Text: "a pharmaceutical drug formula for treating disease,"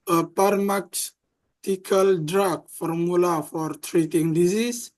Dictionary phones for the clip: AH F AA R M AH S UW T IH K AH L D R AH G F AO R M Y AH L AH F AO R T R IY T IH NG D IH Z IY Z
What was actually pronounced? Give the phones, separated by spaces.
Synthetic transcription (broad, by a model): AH P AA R M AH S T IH K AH L D R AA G F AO R M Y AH L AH F AO R T R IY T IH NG D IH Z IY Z